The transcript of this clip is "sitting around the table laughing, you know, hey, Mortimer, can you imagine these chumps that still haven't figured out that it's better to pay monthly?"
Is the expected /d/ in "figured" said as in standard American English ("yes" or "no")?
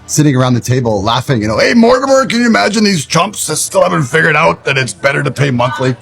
yes